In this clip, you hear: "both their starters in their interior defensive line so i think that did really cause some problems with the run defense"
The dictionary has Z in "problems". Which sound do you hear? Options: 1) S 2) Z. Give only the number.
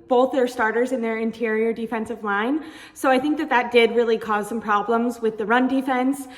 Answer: 2